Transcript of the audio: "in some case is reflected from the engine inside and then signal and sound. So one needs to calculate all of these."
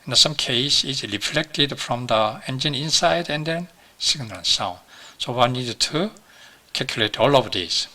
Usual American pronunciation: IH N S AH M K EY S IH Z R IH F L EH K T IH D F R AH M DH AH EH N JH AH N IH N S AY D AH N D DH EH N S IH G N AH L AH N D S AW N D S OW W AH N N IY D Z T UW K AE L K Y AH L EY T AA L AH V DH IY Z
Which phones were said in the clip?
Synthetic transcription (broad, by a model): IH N S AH M K EY S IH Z R IH F L EH K T IH D F R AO M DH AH EH N JH AH N IH N S AY D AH N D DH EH N S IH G N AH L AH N S AW N D S OW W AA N N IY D T UW K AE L K Y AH L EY T AA L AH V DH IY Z